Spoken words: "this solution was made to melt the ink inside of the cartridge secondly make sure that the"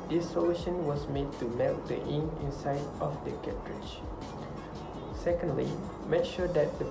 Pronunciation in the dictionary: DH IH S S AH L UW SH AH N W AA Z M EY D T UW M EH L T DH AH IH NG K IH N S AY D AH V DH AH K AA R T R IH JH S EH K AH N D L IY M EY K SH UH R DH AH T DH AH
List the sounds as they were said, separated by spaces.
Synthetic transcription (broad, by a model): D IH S S AH L UW SH AH N W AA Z M EY D T UW M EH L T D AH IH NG IH N S AY D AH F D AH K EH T R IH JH S EH K AH N D L IY M EY K SH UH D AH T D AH